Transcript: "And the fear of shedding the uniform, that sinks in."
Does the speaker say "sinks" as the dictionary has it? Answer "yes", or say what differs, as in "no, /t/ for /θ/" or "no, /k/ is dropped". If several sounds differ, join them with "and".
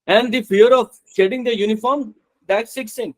no, /ŋ/ is dropped